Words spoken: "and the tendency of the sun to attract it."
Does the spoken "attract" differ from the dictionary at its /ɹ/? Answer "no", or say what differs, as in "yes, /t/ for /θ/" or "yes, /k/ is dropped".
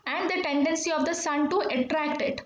no